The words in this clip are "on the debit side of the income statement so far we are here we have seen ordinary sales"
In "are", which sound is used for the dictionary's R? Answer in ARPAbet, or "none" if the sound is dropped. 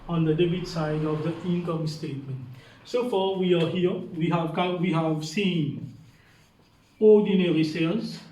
W